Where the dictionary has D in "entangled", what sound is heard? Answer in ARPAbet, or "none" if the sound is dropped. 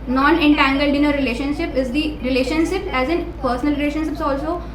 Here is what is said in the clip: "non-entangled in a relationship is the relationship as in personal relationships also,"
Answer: D